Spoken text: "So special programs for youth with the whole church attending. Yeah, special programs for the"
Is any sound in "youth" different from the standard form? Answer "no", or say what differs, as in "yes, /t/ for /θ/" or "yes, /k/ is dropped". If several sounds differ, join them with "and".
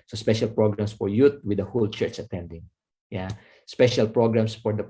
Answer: yes, /t/ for /θ/